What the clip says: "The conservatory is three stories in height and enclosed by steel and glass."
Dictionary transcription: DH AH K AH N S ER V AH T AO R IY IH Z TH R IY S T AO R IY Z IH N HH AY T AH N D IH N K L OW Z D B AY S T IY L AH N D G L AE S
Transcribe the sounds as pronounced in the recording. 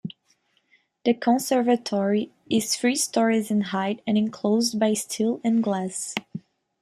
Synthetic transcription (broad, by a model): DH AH K AH N S ER V AH T AO R IY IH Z F R IY S T AO R IY Z IH N HH AY T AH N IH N K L OW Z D B AY S T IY L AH N G L AE S